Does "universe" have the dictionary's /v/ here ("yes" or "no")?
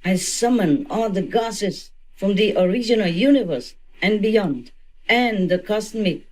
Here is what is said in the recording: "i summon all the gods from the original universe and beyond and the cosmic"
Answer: yes